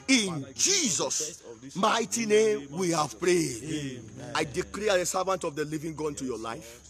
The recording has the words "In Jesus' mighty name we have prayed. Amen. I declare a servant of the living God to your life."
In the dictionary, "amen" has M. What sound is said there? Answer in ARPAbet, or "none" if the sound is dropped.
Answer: none